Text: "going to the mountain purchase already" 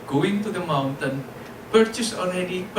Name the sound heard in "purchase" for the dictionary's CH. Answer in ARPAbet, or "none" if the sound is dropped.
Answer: CH